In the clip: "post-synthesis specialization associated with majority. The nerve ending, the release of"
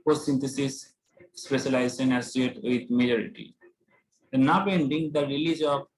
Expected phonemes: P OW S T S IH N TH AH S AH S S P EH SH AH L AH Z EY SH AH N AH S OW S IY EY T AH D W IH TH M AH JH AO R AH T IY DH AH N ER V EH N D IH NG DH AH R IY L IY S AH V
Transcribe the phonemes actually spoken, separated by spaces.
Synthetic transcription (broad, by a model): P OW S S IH N T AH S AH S S P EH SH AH L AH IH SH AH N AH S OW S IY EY T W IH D M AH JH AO R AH T IY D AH N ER B EH N D IH NG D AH R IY L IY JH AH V